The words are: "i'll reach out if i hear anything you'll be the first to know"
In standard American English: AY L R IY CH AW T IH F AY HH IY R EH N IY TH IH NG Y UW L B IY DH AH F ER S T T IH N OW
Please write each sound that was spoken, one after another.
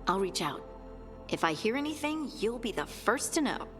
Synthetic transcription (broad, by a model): AY L R IY CH AW T IH F AY HH IY R EH N IY TH IH NG Y UW L B IY DH AH F ER S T T IH N OW